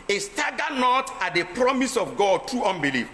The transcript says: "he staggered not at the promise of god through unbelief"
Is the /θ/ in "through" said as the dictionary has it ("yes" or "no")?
no